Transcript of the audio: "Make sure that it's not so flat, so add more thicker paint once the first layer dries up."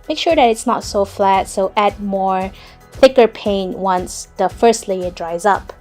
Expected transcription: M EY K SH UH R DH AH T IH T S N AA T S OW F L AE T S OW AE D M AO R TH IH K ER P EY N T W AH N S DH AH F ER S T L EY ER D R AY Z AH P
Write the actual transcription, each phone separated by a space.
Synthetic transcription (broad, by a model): M EY K SH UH R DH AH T IH T S N AA T S OW F L AE T S OW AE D M AO R TH IH K ER P EY N W AH N S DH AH F ER S T L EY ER D R AY Z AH P